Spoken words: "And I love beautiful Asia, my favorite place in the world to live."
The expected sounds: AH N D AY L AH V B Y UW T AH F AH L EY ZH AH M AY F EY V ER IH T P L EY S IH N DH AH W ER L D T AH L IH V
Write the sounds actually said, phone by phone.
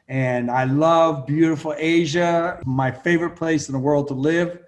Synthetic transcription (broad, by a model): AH N AY L AH V B Y UW T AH F L EY ZH AH M AY F EY V ER IH T P L EY S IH N DH AH W ER L D T AH L IH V